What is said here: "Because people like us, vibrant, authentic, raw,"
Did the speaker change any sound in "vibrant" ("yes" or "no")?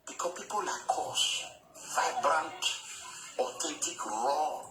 no